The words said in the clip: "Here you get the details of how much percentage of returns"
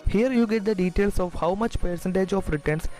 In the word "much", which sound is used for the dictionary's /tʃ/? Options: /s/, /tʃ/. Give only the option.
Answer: /tʃ/